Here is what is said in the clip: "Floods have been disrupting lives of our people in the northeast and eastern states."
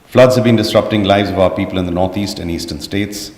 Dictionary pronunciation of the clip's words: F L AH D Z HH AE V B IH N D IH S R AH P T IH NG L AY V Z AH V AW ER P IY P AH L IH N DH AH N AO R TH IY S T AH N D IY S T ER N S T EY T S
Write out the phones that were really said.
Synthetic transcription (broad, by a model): F L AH D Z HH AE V B IH N D IH S R AH P T IH NG L AY V Z AH V AW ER P IY P AH L IH N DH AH N AO R T IY S T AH N IY S T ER N S T EY T S